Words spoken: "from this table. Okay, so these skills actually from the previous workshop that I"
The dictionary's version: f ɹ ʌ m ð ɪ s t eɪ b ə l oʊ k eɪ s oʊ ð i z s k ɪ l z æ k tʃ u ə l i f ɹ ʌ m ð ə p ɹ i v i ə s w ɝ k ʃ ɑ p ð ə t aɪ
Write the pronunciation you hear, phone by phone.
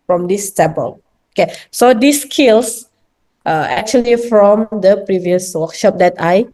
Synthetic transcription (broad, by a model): f ɹ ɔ m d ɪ s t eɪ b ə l oʊ k eɪ s oʊ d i s k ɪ l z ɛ k tʃ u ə l i f ɹ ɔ m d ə p ɹ i v i ə s w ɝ k ʃ ɑ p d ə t aɪ